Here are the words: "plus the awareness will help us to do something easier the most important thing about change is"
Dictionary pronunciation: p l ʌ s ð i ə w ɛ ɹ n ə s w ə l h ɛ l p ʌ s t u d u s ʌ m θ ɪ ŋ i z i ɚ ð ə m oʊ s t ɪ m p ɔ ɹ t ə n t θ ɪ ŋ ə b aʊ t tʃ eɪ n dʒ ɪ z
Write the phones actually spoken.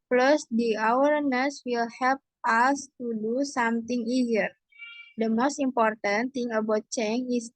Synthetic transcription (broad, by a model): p l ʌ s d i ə w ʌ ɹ n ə s w ə l h ɛ l p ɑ s t u d u s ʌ m t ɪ ŋ i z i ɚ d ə m oʊ s t ɪ m p ɔ ɹ t ə n t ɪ ŋ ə b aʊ t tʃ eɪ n ɪ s